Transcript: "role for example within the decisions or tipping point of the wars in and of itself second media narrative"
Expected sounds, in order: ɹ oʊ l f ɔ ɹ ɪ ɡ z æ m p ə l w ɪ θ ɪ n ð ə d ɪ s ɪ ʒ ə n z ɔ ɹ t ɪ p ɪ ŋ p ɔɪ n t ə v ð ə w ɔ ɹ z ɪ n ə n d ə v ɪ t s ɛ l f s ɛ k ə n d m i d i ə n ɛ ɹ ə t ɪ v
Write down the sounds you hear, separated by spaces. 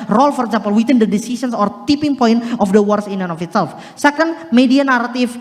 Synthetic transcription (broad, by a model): ɹ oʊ l f ɔ ɹ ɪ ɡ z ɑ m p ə l w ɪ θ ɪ n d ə d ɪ s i s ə n s ɔ ɹ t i p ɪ ŋ p ɔɪ n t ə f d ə w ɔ ɹ s ɪ n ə n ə f ɪ t s ɛ l f s ɛ k ə n d m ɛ d i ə n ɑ ɹ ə t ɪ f